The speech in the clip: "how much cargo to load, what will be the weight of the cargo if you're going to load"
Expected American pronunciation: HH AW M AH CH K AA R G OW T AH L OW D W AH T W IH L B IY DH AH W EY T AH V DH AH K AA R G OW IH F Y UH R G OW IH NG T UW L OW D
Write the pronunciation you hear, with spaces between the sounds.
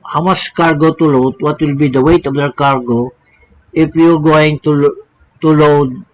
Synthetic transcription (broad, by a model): HH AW M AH S K AA R G OW T AH L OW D W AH T W IH L B IY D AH W EY T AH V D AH K AA R G OW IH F Y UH R G OW IH NG T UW L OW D